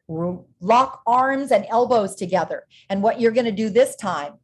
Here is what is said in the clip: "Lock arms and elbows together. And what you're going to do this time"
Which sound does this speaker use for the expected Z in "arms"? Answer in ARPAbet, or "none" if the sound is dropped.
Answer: Z